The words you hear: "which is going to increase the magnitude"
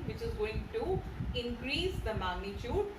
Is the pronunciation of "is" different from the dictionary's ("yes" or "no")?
no